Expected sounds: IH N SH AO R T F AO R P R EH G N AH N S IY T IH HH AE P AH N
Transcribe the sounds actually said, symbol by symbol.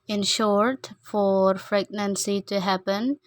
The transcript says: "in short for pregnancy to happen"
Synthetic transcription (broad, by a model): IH N SH AO R T F AO R F R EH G N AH N S IY T IH HH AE P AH N